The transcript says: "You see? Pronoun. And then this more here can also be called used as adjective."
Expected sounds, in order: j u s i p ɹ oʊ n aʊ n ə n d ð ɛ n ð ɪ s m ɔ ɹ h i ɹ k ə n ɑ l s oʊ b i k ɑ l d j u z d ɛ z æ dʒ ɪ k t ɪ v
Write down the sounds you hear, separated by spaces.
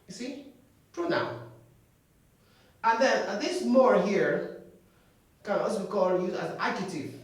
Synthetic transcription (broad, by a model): j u s i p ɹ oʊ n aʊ ə n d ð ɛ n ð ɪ s m ɔ ɹ h i ɹ k ə n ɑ s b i k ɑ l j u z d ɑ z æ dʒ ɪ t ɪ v